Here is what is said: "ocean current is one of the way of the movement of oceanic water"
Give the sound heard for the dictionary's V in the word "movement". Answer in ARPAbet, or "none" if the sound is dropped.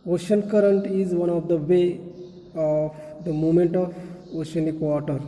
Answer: none